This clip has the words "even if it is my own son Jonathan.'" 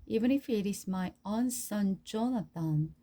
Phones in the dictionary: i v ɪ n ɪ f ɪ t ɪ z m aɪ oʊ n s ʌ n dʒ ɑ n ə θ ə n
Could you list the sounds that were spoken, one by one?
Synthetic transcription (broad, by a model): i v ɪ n ɪ f ɪ t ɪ s m aɪ oʊ n s ʌ n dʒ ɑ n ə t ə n